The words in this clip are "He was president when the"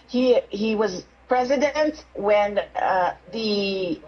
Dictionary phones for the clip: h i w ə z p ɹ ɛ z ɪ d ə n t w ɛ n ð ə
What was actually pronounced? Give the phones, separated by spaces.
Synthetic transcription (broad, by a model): h i w ə z p ɹ ɛ z ɪ d ə n t w ɛ n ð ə